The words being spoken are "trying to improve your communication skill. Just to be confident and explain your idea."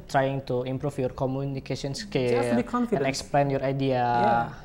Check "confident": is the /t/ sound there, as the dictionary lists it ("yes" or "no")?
no